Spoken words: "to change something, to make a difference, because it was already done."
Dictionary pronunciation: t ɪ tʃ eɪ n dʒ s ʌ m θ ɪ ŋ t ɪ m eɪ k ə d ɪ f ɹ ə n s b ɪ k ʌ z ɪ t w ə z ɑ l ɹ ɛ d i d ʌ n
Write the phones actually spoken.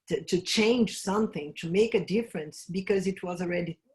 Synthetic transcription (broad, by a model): t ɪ tʃ eɪ n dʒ s ʌ m θ ɪ ŋ t ɪ m eɪ k ə d ɪ f ɹ ə n s b ɪ k ʌ z ɪ t w ə z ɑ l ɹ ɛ d i